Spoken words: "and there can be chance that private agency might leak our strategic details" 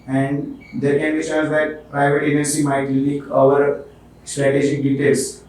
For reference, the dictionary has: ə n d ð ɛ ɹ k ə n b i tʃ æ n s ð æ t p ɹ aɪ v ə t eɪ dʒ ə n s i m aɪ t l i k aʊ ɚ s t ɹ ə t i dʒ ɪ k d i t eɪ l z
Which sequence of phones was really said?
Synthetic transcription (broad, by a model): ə n d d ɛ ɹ k ə n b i ʃ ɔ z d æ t p ɹ aɪ v ə t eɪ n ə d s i m aɪ t l i k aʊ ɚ s t ɹ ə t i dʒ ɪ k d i t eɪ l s